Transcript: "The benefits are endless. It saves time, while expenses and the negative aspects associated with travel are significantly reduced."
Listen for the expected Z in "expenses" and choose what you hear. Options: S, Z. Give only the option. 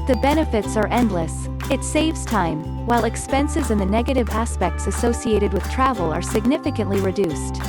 Z